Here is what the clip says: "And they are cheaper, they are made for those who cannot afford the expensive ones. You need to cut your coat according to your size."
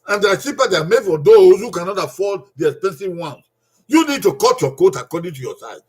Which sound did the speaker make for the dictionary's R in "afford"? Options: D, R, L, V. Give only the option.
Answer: L